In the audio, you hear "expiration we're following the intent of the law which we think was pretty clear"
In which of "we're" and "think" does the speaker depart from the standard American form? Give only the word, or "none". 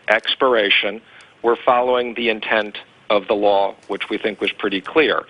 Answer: none